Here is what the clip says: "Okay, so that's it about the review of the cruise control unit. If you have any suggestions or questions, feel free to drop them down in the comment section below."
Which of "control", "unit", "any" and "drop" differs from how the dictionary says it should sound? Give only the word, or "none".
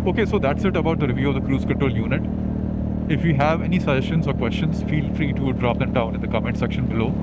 control